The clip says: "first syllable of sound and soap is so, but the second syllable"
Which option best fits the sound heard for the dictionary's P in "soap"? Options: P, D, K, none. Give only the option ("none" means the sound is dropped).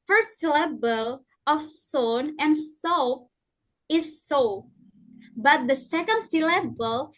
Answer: none